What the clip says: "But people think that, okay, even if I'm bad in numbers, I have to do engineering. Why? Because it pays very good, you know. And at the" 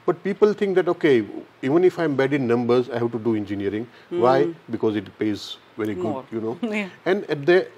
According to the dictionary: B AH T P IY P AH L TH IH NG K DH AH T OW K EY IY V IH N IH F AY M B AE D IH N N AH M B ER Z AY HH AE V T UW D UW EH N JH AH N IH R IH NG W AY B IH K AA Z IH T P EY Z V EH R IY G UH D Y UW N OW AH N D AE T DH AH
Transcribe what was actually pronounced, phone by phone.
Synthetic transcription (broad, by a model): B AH T P IY P AH L T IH NG K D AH T OW K EY IY V IH N IH F AY M B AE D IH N N AH M B ER Z AY HH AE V T UW D UW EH N JH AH N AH R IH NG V AY B IH K AA Z IH T P EY Z V EH R IY G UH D Y UW N OW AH N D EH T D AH